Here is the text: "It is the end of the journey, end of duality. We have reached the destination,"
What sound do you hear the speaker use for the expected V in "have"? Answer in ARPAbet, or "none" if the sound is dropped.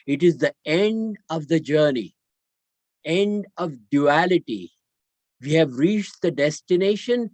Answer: V